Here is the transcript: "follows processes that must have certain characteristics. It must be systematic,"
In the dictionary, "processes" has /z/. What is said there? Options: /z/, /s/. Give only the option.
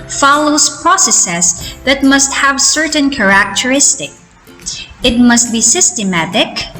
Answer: /s/